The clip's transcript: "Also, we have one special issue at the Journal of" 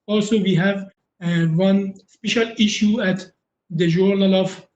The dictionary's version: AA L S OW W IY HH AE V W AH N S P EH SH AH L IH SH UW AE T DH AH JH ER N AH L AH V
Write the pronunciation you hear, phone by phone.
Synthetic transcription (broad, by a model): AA L S OW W IY HH AE V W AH N S P EH SH AH L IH SH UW AE T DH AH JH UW N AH L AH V